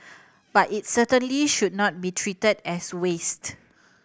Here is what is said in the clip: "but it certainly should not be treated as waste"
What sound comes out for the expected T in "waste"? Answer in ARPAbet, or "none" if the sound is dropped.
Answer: T